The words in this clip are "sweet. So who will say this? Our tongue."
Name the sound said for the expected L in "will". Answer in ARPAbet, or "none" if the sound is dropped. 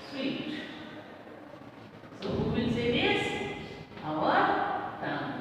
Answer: N